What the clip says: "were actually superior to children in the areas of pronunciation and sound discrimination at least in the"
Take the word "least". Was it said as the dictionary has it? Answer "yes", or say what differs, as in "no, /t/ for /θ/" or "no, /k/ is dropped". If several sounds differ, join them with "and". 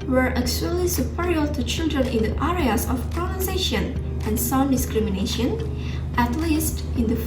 yes